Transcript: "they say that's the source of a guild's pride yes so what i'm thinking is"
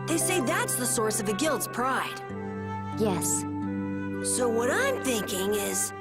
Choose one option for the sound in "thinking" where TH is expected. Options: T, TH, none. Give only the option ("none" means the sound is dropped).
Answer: TH